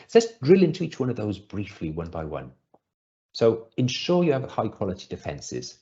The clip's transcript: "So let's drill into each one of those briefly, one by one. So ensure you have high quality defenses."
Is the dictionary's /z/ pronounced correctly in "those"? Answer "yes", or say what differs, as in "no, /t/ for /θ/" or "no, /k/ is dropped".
yes